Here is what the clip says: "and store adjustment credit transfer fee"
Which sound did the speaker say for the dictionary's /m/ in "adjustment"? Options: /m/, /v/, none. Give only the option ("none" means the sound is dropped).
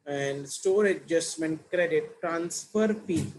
/m/